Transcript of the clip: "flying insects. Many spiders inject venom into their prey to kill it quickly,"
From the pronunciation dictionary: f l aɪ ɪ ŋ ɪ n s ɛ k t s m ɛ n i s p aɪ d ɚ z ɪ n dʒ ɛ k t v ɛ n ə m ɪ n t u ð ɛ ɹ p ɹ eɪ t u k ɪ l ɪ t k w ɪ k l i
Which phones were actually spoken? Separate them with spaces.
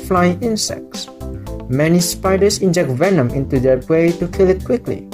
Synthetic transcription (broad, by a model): f l aɪ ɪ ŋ ɪ n s ɛ k t s m ɛ n i s p aɪ d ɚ s ɪ n dʒ ɛ k t v ɛ n ə m ɪ n t u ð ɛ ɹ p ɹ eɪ t u k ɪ l ɪ t k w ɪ k l i